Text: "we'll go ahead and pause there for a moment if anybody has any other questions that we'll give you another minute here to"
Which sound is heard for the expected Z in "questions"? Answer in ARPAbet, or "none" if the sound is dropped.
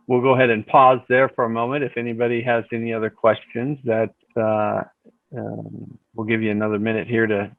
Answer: Z